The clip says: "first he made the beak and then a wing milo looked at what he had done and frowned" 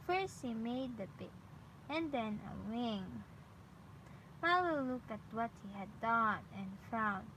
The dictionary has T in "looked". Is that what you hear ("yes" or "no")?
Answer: no